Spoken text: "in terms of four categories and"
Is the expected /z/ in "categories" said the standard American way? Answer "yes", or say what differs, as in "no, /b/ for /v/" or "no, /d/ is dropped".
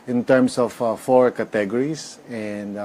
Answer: no, /s/ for /z/